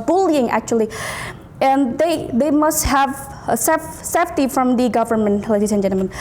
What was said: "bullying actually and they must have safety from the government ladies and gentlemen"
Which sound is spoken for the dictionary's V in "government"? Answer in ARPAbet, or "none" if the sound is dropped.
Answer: V